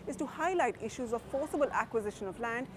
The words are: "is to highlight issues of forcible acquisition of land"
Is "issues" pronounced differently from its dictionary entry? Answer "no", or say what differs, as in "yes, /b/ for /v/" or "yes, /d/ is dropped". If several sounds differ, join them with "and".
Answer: no